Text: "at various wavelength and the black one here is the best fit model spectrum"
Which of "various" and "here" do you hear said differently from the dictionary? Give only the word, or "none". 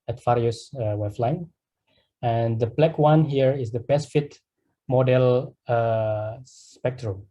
various